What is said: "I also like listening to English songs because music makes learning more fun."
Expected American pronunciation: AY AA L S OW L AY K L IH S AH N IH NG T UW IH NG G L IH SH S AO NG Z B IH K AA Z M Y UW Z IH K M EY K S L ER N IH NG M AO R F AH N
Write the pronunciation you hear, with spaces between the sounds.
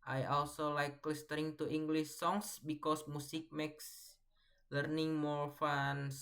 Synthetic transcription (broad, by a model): AY AA L S OW L AY K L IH S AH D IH NG T UW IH NG G L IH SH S AO NG S B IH K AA S M UW S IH K M EY K S L ER N IH NG M AO R F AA N